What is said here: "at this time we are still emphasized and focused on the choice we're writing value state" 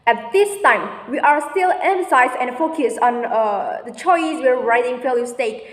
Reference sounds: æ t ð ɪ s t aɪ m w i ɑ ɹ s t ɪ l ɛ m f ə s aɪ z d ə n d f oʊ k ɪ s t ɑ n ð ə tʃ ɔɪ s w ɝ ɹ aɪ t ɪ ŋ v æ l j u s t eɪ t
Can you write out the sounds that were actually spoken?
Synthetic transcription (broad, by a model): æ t ð ɪ s t aɪ m w i ɑ ɹ s t ɪ l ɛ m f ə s aɪ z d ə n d f oʊ k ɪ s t ɑ n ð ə tʃ ɔɪ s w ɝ ɹ aɪ t ɪ ŋ f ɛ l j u s t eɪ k